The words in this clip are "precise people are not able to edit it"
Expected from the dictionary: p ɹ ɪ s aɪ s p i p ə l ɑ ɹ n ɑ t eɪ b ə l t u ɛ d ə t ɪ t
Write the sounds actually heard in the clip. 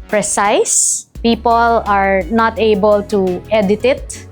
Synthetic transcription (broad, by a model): p ɹ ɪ s aɪ s p i p ə l ɑ ɹ n ɑ t eɪ b ə l t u ɛ d ə t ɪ t